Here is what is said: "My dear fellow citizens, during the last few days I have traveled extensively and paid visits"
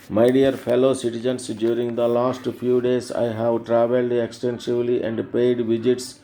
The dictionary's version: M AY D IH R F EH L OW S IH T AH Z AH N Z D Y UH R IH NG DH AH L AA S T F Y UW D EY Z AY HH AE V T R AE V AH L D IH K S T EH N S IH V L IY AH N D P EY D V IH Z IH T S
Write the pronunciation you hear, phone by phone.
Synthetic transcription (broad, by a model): M AY D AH R F EH L OW S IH T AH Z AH N S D Y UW R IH NG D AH L AA S T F Y UW D EY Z AY HH AE V T R AE V AH L D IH K S T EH N S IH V L IY AH N D P EY D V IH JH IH T S